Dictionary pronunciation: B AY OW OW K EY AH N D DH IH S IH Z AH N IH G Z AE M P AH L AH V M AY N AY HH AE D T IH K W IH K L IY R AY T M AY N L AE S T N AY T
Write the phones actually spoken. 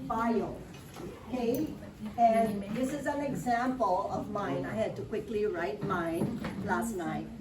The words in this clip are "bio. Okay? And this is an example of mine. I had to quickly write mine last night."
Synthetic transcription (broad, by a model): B AY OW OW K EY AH N DH IH S IH Z AH N IH G Z AE M P AH L AH V M AY N AY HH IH D T IH K W IH K L IY R AY T M AY N L AE S T N AY T